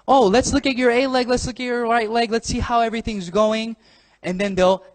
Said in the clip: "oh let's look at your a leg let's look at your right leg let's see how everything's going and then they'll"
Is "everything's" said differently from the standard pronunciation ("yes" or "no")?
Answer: no